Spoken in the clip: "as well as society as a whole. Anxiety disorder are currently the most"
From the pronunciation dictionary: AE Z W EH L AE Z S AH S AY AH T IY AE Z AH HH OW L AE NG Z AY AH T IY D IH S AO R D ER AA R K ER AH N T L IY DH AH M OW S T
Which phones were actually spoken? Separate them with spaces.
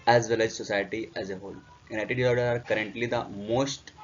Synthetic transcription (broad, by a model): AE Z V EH L AE Z S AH S AY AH T IY AE Z AH HH OW L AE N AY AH T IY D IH AO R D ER AA R K ER AH N T L IY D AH M OW S T